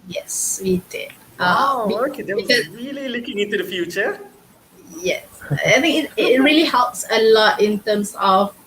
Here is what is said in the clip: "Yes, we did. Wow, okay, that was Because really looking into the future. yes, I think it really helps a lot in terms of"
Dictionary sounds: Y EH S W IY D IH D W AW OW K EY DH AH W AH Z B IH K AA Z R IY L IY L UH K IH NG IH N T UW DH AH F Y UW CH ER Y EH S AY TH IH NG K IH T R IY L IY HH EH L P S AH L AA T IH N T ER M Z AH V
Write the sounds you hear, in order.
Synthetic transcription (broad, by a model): Y EH S W IY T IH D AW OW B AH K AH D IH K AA R IY L IY L UH K IH NG IH N T UW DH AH F Y UW CH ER Y EH S AY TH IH NG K IH T R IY L IY HH EH L P S AH L AA T IH N T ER M S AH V